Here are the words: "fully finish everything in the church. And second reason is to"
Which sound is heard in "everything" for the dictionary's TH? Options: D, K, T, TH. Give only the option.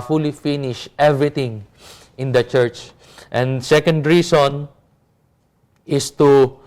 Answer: T